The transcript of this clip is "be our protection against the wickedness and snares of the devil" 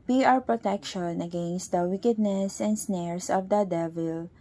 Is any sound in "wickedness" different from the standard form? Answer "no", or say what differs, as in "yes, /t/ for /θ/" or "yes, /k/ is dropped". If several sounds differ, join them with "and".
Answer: no